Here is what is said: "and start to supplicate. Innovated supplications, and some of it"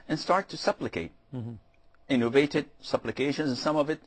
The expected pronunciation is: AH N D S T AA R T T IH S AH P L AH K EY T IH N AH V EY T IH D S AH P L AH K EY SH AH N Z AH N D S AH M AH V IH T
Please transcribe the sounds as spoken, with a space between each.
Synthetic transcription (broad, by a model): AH N S T AA R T T IH S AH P L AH K EY T IH N AH V EY T IH D S AH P L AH K EY SH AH N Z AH N S AH M AH V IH T